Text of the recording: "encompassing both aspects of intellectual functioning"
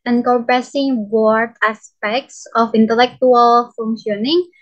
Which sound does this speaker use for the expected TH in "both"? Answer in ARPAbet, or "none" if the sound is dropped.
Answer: T